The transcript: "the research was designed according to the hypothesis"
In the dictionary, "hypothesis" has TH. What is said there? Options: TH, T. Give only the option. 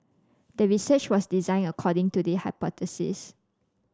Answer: T